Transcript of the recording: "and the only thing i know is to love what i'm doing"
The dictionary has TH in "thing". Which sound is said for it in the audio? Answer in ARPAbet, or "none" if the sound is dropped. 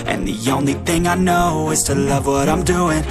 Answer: TH